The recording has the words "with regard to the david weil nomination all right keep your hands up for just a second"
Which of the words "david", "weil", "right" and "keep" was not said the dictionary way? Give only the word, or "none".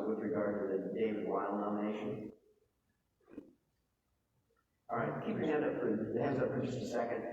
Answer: david